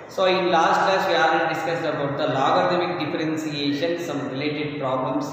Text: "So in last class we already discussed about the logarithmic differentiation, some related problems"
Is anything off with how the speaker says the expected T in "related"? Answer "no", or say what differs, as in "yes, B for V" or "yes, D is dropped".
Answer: no